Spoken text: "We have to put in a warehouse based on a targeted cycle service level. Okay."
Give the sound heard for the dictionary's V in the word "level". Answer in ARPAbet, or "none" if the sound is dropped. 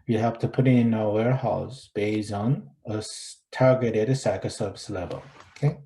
V